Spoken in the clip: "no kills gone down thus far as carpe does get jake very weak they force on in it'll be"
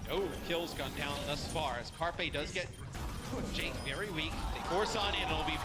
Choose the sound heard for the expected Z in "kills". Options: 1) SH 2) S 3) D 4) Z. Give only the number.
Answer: 4